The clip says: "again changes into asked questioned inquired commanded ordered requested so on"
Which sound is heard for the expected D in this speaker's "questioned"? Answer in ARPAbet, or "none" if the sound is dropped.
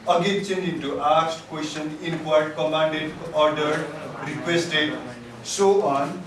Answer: none